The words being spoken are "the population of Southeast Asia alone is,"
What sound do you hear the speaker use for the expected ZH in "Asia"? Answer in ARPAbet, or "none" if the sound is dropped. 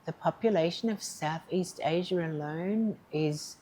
ZH